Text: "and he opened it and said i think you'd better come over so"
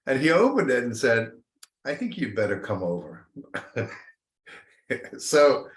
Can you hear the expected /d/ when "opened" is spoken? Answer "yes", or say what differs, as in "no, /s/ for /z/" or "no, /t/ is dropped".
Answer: yes